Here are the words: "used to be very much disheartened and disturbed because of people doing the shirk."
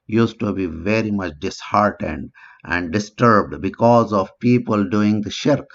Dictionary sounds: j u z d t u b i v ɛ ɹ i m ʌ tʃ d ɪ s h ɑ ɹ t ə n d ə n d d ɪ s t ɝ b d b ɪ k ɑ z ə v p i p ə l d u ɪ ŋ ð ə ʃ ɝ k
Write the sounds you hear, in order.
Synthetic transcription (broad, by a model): j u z t u b i v ɛ ɹ i m ʌ tʃ d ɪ s h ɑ ɹ t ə n d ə n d d ɪ s t ɝ b d b ɪ k ɑ z ə v p i p ə l d u ɪ ŋ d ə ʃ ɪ k